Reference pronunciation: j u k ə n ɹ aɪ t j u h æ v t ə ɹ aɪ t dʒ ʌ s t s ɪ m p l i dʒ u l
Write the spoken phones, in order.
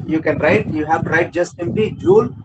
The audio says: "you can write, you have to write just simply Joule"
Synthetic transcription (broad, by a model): j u k ə n ɹ aɪ t j u h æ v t ɹ aɪ t dʒ ʌ s t s ɪ m p l i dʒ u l